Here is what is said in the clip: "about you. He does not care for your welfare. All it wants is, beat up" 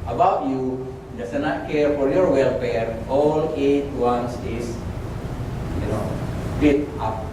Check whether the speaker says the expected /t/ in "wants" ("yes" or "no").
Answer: no